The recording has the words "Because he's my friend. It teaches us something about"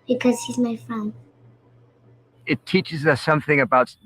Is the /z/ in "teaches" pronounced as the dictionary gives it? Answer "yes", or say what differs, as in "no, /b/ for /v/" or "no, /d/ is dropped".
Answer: yes